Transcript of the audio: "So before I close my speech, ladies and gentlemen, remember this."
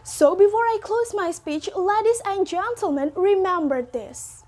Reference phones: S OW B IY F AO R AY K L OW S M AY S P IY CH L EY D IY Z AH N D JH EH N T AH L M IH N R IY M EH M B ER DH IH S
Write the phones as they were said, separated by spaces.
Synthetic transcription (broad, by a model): S OW B IY F AO R AY K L OW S M AY S P IY CH L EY D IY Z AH N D JH EH N T AH L M IH N R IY M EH M B ER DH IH S